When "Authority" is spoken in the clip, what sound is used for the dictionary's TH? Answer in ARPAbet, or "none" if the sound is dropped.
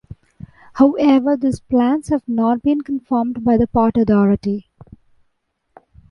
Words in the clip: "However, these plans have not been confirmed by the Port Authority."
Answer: T